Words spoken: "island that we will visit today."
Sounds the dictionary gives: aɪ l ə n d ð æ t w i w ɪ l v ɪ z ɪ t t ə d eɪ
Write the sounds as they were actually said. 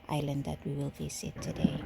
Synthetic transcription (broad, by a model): aɪ l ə n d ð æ t w i w ɪ l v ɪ s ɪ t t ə d eɪ